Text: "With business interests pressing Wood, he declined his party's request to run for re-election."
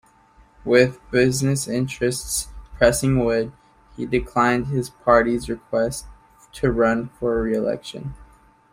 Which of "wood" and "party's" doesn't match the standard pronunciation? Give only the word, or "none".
none